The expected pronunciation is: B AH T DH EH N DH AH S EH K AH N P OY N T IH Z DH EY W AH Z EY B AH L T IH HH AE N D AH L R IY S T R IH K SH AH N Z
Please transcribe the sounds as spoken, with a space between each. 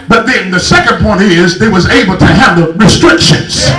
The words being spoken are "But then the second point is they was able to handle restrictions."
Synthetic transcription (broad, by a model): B AH T DH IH N DH AH S EH K AH N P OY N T IH Z DH EY W AH Z EY B L T IH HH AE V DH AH R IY S T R IH K SH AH N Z